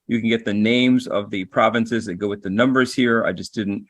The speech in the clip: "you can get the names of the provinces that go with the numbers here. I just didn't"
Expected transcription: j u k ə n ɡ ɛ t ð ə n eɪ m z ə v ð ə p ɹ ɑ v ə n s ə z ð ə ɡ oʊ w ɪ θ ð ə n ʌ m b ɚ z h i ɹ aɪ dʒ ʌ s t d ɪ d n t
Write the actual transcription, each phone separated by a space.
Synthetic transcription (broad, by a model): j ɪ k ə n ɡ ɛ t ð ə n eɪ m z ə v ð ə p ɹ ɑ v ə n s ə z ð ə ɡ oʊ w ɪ ð ə n ʌ m b ɚ z h i ɹ aɪ dʒ ʌ s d ɪ d n t